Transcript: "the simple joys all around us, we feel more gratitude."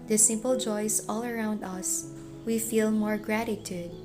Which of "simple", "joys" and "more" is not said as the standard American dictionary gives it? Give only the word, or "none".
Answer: joys